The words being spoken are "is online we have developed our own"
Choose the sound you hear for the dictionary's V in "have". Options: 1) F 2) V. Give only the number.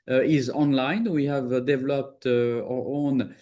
2